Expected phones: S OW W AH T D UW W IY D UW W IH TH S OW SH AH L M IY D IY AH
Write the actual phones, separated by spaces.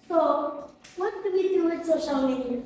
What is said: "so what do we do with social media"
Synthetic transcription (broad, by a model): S OW W AH T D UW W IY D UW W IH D S OW SH AH L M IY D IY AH